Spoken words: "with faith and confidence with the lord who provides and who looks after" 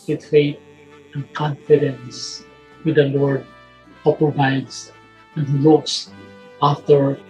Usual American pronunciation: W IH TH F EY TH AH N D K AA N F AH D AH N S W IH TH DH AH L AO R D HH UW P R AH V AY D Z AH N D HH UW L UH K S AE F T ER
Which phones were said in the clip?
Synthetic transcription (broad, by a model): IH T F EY T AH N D K AA N F AH D AH N S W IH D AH L AO R D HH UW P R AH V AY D S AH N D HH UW L UH K S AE F T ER